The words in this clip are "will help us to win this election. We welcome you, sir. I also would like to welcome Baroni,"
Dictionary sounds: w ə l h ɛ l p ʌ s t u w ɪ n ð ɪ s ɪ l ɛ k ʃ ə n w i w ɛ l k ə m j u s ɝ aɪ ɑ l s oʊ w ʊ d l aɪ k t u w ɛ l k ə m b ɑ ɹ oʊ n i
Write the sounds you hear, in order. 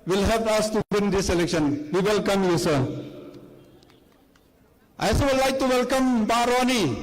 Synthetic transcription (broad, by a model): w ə l h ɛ p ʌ s t u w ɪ n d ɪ s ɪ l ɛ k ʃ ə n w i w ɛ l k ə m j u s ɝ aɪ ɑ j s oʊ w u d l aɪ k t u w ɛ l k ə m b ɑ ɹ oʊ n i